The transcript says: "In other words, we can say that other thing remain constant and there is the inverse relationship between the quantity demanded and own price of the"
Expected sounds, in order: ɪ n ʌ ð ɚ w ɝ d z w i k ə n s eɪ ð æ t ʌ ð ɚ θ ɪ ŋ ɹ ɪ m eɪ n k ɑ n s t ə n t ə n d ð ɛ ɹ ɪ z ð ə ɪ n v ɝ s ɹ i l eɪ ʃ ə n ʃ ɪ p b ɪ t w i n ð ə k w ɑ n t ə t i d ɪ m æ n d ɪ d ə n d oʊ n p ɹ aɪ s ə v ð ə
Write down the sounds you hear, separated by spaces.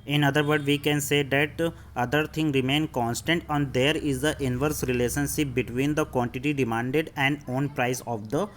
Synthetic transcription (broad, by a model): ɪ n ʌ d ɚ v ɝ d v i k ə n s eɪ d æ t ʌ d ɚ t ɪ ŋ ɹ ɪ m eɪ n k ɑ n s t ə n t ə n d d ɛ ɹ ɪ z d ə ɪ n v ɝ s ɹ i l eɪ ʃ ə n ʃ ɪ p b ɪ t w i n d ə k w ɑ n t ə t i d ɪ m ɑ n d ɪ d ə n d oʊ n p ɹ aɪ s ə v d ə